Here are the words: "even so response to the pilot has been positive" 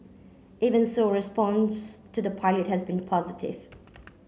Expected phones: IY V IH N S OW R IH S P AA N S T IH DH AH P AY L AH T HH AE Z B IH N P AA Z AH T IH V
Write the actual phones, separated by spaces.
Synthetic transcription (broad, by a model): IY V IH N S OW R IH S P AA N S T IH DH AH P AY L AH T HH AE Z B IH N P AA Z AH T IH V